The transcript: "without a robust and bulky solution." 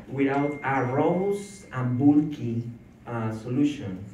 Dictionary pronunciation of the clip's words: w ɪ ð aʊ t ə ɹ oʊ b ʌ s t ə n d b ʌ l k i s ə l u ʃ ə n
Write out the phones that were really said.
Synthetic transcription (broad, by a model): w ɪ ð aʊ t ə ɹ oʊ ʊ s ə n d b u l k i s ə l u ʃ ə n